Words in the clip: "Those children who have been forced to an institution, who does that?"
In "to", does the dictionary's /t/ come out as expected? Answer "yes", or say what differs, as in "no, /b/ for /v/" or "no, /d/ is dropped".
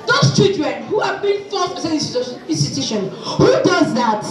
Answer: no, /s/ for /t/